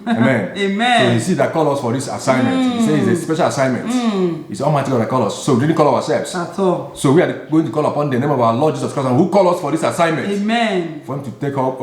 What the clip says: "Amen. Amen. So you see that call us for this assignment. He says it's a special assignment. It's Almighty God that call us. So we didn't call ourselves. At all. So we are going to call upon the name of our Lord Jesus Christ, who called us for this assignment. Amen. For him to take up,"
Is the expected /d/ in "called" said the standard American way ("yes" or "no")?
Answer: no